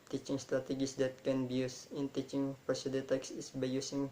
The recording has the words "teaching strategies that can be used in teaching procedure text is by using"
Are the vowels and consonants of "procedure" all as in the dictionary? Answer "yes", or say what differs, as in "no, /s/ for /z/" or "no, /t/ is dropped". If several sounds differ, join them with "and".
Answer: no, /ɹ/ is dropped